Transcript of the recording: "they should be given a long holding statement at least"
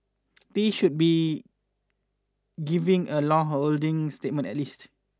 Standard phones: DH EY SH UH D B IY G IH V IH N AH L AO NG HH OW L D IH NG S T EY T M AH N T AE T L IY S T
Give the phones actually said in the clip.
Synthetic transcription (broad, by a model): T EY SH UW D B IY G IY V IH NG AH L AO NG HH OW L D IH NG S T EY T M AH N T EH T L IY S T